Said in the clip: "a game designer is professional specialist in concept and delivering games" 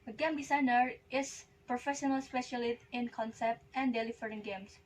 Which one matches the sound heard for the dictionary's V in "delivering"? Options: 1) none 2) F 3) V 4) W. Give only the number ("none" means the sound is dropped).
2